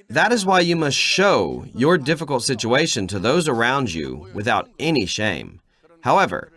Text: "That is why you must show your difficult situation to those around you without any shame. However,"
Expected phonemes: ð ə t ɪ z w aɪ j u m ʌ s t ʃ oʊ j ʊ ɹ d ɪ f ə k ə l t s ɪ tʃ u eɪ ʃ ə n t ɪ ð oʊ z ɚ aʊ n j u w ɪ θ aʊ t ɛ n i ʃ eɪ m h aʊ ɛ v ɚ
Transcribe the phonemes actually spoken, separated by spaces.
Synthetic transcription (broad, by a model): ð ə t ɪ z w aɪ j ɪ m ʌ s t ʃ oʊ j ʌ ɹ d ɪ f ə k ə l t s ɪ tʃ u eɪ ʃ ə n t ɪ ð oʊ z ɚ aʊ n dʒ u w ɪ θ aʊ t ɛ n i ʃ eɪ m h aʊ ɛ v ɚ